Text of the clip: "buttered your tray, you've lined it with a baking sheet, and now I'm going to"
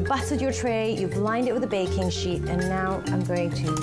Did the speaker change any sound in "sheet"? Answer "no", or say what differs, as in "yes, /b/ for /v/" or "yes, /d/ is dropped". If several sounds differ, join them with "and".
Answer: no